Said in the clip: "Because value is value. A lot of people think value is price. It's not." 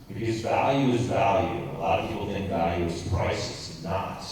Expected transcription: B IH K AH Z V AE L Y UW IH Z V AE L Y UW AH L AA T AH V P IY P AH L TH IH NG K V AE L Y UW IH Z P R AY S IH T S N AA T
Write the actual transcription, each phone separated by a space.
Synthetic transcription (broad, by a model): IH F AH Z V AE L Y UW IH Z V AE L Y UW AH L AA T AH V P IY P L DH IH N V AE L Y UW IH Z P R AY S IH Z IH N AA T